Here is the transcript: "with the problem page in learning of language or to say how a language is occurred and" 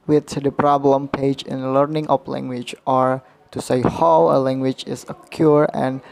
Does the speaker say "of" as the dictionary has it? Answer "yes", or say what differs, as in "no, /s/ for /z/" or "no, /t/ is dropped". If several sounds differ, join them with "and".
no, /p/ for /v/